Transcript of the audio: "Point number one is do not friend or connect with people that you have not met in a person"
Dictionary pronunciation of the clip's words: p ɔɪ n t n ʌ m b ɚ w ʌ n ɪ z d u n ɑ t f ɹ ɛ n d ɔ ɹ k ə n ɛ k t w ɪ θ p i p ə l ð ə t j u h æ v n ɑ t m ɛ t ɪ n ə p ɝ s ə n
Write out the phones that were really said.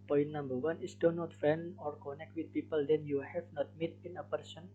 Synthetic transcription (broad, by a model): p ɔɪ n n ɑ m b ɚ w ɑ n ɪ s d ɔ n ɑ t f ɛ n ɔ ɹ k ə n ɛ k t w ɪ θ p i p ə l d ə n j u h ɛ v n ɑ t m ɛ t ɪ n ə p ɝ s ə n